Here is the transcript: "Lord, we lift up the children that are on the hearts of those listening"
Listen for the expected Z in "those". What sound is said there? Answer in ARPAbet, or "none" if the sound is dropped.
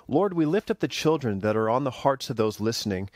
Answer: Z